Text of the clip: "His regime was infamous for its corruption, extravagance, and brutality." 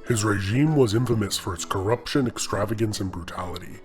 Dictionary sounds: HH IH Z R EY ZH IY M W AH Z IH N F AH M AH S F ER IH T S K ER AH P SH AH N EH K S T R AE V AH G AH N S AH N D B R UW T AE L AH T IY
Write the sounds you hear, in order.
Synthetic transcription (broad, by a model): HH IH Z R EY ZH IY M W AH Z IH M F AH M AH S F ER IH T S K ER AH P SH AH N EH K S T R AE V AH G AH N S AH N B R UW T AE L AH T IY